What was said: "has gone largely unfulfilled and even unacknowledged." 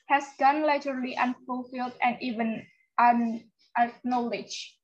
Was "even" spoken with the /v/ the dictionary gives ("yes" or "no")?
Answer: yes